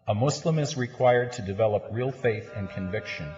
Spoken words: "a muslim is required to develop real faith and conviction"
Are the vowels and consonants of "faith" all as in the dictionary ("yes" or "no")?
yes